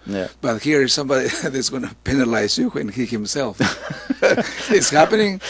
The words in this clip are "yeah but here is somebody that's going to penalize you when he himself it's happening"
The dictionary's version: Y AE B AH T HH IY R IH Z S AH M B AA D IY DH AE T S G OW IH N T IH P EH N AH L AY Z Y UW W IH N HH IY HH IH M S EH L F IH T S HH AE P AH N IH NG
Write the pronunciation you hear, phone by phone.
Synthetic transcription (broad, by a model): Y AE B AH T HH IY R IH Z S AH M B AA D IY DH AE T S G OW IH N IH P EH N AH L AY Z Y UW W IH N HH IY HH IH M S EH L F IH T S HH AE P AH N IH NG